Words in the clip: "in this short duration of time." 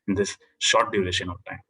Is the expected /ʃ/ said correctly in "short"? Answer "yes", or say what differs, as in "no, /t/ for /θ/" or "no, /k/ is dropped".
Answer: yes